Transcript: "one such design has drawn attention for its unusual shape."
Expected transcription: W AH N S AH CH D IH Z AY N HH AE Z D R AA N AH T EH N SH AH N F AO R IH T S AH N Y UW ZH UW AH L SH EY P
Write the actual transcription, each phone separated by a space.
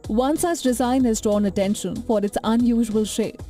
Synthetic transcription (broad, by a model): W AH N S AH S D IH Z AY N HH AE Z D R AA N AH T EH N SH AH N F AO R IH T S AH N Y UW ZH UW AH L SH EY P